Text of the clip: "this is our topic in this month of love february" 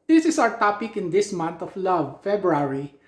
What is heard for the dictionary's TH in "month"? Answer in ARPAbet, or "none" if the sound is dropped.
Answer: T